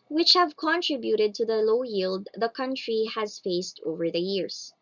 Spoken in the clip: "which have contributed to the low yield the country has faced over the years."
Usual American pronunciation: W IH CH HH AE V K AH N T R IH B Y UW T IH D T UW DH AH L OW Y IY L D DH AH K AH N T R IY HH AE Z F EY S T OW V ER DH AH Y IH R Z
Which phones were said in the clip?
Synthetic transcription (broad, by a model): W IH CH HH AE V K AH N T R IH B Y UW T IH D T UW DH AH L OW Y IY L D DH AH K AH N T R IY HH AE Z F EY S T OW V ER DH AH Y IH R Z